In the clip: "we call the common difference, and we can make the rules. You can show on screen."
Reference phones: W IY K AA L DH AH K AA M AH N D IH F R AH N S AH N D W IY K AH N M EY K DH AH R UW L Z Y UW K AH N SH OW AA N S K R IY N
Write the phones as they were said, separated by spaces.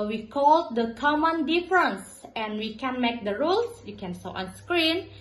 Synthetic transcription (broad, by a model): W IY K AA L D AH K AA M AH N D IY F R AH N S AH N W IY K AH N M EY K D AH R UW L S Y UW K AH N S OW AA N S K R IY N